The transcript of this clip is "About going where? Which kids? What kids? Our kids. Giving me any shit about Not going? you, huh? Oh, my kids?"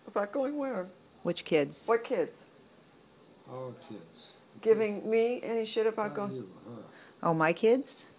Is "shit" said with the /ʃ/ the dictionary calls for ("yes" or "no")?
yes